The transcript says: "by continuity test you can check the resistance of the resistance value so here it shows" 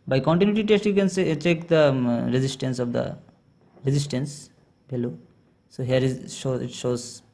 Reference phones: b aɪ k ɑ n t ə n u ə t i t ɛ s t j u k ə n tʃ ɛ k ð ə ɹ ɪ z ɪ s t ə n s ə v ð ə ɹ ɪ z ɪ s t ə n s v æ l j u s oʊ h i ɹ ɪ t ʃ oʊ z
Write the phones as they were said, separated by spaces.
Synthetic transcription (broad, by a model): b aɪ k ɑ n t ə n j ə t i t ɛ s t j u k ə n tʃ ɛ k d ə ɹ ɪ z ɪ s t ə n s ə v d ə ɹ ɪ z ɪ s t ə n s b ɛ l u s oʊ h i ɹ ɪ t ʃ oʊ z